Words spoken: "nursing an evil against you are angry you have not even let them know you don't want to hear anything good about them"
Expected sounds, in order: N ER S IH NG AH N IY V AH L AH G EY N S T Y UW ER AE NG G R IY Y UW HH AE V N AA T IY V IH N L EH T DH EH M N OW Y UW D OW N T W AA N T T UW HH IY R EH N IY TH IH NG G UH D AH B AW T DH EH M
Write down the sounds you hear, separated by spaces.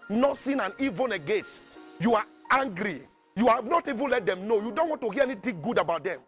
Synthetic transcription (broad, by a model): N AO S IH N AH N IY V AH N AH G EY S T Y UW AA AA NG G R IY Y UW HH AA V N AA T IY V IH N L EH T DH EH M N OW Y UW D OW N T W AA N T T UW HH IY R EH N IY T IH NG G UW D AH B AW T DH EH M